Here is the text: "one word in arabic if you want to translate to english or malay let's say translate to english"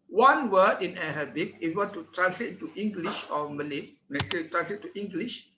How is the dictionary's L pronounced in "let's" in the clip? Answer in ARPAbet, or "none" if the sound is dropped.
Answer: N